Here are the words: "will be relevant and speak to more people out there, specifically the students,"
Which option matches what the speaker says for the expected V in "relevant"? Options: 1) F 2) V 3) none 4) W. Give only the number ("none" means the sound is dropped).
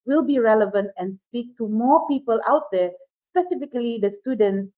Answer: 2